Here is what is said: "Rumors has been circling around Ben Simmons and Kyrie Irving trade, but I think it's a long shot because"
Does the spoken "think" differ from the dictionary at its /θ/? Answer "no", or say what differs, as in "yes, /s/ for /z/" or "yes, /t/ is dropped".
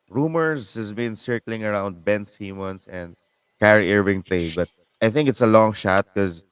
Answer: no